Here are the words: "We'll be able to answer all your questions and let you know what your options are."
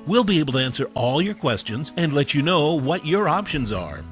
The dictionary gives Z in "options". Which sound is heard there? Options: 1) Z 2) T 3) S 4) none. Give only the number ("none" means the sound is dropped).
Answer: 1